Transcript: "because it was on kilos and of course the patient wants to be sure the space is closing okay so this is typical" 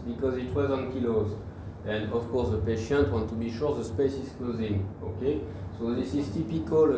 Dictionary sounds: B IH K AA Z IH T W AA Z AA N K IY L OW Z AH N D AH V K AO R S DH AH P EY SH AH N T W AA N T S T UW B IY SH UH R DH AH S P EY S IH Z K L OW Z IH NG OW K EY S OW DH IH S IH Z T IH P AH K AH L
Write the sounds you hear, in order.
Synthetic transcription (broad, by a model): B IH K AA Z IH T W AA Z AA N K IY L OW Z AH N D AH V K AO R S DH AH P EY SH AH N T W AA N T T UW B IY SH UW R DH AH S P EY S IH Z K L OW Z IH NG OW K EY S OW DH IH S IH Z T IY P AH K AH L